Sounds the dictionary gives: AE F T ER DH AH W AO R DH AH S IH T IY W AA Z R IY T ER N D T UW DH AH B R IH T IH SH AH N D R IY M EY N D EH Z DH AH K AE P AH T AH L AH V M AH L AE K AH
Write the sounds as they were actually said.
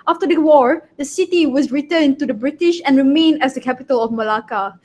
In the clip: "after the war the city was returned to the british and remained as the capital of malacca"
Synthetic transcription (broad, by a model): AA F T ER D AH W AO R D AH S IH T IY W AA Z R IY T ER N T UW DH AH B R IH T IH SH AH N R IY M EY N EH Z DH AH K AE P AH T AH L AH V M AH L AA K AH